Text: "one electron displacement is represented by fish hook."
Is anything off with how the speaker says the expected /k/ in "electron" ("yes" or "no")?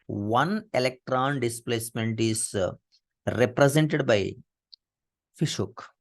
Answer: no